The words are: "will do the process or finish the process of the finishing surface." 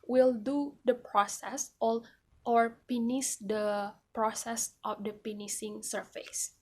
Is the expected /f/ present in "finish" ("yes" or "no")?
no